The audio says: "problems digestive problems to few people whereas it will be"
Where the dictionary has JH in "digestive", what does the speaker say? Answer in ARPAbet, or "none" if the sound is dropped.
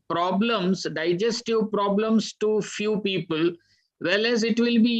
JH